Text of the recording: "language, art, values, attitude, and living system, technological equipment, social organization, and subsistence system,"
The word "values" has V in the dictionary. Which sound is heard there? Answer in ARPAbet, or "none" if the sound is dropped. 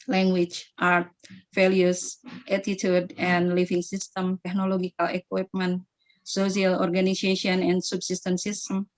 F